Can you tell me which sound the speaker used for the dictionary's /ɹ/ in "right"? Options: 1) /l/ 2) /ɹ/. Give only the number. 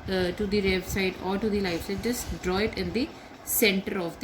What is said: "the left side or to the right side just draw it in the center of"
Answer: 1